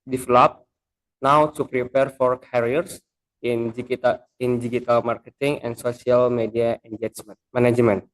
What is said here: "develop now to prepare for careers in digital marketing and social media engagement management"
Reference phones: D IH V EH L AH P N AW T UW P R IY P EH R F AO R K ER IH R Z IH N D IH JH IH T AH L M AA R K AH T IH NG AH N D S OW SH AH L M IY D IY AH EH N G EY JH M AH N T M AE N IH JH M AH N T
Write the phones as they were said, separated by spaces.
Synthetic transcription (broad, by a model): D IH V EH L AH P N AW T UW P R IY P EH R F AO R K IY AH R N IH N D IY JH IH T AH L M AA R K AH T IH NG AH N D S OW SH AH L M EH D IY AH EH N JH AH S M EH N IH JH M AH N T